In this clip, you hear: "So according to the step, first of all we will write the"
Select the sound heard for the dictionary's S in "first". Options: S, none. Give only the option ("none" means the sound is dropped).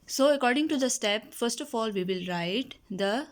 S